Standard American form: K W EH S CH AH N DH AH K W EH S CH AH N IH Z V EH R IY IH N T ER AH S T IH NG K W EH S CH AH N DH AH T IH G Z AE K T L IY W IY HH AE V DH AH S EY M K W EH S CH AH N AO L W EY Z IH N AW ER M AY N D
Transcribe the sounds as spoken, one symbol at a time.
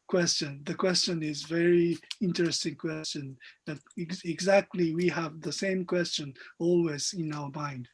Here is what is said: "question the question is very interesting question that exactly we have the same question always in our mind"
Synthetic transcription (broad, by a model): K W EH S CH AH N DH AH K W EH S CH AH N IH Z V EH R IY IH N T ER AH S T IH NG K W EH S CH AH N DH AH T IH G Z AE K T L IY W IY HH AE V DH AH S EY M K W EH S CH AH N AO L W EY Z IH N AW ER M AY N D